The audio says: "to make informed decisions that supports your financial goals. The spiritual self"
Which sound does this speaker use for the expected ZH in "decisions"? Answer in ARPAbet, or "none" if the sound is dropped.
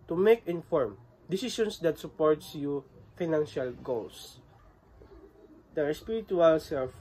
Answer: S